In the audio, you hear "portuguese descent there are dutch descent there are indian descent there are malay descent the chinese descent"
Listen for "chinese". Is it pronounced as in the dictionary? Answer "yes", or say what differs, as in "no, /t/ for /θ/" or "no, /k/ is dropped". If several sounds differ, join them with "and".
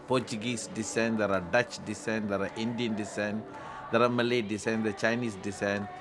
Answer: no, /s/ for /z/